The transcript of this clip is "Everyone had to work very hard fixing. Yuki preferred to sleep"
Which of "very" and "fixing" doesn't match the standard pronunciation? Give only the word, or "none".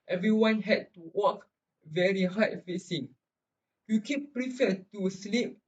fixing